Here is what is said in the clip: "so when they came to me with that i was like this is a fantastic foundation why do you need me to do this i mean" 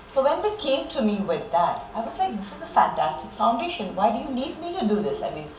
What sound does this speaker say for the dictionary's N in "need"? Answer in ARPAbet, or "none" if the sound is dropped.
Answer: L